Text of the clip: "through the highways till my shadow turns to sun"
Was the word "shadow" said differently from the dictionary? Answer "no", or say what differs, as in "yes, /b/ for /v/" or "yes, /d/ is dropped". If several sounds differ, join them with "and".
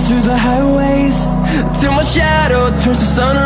no